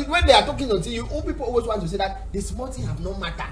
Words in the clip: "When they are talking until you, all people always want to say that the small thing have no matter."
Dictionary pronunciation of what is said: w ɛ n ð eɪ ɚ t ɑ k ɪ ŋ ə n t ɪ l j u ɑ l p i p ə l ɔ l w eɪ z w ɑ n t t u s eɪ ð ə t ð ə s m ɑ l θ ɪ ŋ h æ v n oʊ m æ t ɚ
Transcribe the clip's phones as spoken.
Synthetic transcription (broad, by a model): w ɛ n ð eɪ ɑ t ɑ k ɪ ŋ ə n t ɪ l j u ɑ l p i p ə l ɔ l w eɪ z w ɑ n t t u s eɪ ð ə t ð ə s m ɑ l t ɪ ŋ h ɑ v n oʊ m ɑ t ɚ